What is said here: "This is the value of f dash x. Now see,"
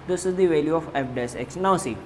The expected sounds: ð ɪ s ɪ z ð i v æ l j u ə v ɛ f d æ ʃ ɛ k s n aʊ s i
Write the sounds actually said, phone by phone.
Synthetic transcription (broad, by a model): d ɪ s ɪ z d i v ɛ l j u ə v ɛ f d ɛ s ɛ k s n aʊ s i